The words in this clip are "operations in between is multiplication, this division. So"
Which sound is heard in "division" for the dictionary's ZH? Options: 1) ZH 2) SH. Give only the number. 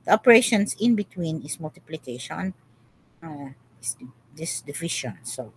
2